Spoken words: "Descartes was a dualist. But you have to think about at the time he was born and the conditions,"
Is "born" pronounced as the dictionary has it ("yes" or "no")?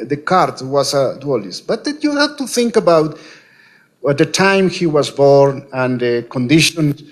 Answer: yes